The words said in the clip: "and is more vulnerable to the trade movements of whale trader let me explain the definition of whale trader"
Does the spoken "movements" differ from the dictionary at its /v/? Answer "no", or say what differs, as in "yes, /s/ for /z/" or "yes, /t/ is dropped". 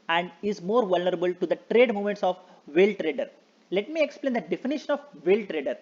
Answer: yes, /v/ is dropped